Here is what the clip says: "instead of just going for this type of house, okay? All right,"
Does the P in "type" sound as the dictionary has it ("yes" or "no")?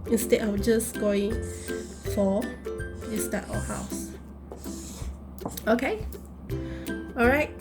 no